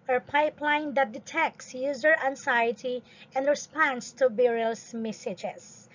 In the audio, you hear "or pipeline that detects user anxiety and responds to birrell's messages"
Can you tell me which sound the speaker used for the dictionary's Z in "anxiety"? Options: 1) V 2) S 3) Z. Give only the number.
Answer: 2